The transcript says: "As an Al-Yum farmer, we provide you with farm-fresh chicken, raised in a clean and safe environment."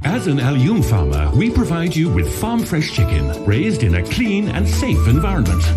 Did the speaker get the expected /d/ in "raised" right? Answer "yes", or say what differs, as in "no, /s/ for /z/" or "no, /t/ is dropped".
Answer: yes